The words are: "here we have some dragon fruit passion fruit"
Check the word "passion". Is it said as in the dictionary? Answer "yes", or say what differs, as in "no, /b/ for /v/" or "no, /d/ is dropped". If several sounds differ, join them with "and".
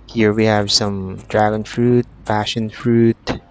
no, /f/ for /p/